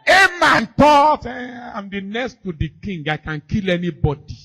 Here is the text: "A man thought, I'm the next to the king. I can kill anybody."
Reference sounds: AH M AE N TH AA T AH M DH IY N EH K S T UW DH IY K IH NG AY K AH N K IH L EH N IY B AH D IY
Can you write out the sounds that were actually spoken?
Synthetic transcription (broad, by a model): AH M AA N T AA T AH M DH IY N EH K S T UW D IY K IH NG AY K AH N K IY L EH N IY B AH D IY